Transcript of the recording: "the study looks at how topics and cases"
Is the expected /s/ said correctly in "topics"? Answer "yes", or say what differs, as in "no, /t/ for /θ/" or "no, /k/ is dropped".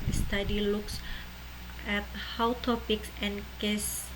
yes